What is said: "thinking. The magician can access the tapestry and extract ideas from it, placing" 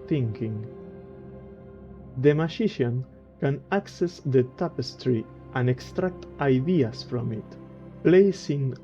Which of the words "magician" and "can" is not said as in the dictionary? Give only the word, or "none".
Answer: magician